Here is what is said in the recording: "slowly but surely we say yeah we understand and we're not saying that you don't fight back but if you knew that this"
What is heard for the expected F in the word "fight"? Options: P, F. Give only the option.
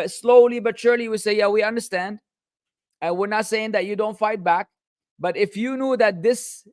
F